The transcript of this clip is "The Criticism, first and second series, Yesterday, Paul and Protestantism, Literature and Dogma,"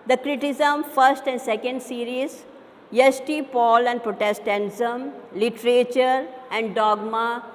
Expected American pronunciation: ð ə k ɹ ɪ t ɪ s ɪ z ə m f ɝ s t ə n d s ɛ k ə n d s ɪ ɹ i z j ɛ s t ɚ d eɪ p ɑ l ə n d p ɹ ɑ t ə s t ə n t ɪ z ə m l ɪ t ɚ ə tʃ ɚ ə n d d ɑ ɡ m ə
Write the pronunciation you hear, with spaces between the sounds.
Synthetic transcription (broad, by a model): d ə k ɹ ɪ t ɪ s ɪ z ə m f ɝ s t ə n d s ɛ k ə n d s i ɹ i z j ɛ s t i p ɑ l ə n d p ɹ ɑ t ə s t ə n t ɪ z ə m l ɪ t ɚ ə tʃ ɚ ə n d d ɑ ɡ m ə